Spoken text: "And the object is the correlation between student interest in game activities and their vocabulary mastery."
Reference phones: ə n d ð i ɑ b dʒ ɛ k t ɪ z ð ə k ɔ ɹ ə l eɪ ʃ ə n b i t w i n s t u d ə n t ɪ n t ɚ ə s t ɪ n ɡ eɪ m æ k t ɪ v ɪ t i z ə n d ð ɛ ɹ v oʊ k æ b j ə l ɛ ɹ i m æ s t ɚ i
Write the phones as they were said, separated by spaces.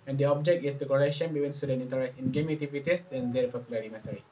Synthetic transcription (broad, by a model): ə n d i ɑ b dʒ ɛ k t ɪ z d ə k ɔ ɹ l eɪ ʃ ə n b i t w i n s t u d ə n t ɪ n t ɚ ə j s ɪ n ɡ eɪ m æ t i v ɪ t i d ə n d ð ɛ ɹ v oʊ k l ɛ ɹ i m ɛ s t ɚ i